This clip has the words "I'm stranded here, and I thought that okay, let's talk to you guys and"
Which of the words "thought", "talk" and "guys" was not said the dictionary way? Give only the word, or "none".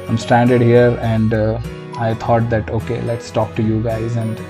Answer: thought